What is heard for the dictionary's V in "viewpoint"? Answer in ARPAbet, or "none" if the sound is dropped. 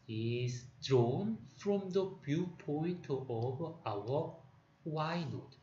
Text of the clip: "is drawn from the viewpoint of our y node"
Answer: B